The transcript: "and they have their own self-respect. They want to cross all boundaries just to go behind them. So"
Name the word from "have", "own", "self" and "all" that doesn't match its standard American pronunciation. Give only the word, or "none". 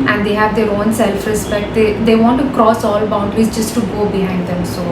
none